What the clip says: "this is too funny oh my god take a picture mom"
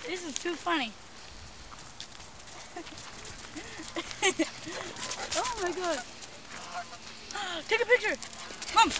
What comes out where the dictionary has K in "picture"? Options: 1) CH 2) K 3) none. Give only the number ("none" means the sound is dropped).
2